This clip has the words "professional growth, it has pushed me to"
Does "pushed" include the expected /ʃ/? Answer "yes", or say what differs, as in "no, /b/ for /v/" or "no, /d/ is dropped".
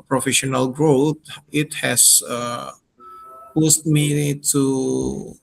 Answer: no, /s/ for /ʃ/